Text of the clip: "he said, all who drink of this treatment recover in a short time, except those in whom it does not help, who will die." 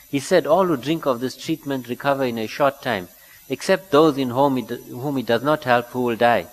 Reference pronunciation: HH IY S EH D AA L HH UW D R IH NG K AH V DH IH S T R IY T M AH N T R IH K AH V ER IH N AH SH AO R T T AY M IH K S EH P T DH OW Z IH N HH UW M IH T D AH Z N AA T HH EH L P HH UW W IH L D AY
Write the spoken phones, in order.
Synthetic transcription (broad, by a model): HH IY S EH D AA L HH UW D R IH NG K AH V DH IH S T R IY T M AH N T R IH K AH V ER IH N AH SH AO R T T AY M IH K S EH P T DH OW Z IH N HH UW M IH T D AH Z N AA T HH EH L P HH UW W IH L D AY